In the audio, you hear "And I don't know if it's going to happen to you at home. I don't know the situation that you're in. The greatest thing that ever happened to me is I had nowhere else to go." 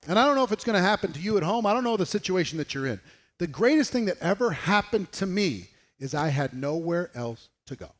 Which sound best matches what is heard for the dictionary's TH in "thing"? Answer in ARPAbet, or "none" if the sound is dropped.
TH